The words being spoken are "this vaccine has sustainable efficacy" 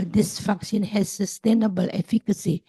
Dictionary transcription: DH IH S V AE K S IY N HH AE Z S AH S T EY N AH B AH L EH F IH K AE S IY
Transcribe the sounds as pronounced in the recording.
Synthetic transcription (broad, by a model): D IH S F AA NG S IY N HH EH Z S AH S T EY N AH B AH L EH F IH K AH S IY